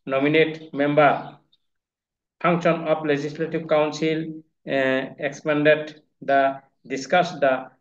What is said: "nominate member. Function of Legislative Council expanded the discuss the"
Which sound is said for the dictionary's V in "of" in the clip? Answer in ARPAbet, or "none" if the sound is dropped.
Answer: P